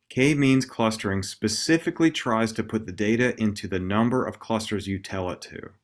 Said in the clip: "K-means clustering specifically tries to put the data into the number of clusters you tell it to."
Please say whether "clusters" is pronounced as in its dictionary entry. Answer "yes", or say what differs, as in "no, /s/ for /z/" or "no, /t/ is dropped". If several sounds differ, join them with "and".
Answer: yes